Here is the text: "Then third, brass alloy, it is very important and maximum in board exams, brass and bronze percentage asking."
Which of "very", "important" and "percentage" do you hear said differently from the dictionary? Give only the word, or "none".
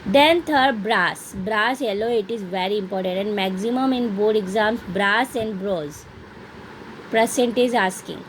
percentage